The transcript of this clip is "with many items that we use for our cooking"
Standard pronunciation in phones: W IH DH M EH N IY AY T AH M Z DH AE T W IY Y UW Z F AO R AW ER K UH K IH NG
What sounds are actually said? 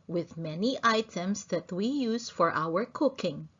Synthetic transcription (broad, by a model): W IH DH M EH N IY AY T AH M S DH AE T W IY Y UW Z F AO R AW ER K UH K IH NG